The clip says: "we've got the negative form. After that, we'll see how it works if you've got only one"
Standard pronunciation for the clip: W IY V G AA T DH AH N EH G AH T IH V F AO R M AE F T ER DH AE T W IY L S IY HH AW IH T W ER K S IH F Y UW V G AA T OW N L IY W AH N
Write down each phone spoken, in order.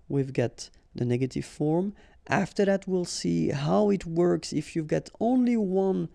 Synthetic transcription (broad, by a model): W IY V G AA T DH AH N EH G AH T IH V F AO R M AE F T ER DH AE T W IY L S IY HH AW IH T W ER K S IH F Y UW V G AA T OW N L IY W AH N